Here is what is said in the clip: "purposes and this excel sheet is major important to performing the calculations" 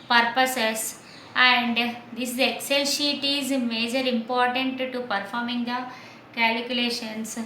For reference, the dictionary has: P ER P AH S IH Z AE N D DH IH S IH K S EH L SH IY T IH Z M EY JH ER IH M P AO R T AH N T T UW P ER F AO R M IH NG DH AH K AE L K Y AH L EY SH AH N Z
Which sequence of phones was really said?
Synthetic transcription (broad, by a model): P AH P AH S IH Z AE N D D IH S IH K S EH L SH IY T IH Z M EY JH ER IH M P AO R T AH N T T UW P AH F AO R M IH NG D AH K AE L K Y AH L EY SH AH N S